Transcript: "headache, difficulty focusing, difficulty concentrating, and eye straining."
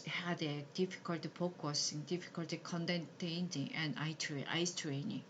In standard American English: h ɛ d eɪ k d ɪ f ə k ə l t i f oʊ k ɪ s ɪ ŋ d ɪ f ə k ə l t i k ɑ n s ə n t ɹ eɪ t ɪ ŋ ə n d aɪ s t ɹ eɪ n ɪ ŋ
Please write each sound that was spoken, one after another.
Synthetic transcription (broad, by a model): h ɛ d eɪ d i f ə k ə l t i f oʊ k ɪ s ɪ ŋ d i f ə k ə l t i k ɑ n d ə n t eɪ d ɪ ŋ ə n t aɪ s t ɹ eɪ n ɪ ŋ